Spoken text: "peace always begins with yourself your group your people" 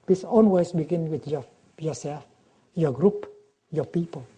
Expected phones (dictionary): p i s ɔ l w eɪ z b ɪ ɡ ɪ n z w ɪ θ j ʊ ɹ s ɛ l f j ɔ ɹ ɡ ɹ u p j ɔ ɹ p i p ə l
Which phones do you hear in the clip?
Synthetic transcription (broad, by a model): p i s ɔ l w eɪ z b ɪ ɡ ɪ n w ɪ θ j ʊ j s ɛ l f j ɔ ɡ ɹ u p j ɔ p i p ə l